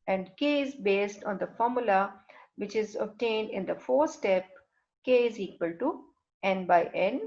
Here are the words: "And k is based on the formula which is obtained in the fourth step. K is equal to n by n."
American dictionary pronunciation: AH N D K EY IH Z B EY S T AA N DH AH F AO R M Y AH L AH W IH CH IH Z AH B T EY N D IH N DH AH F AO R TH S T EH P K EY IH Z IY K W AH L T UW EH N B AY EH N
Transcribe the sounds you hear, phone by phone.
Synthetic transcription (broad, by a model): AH N D K EY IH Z B EY S T AA N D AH F AO R M Y AH L AH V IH CH IH Z AH B T EY N D IH N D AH F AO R S T EH P K EY IH Z IY K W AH L T UW EH N B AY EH N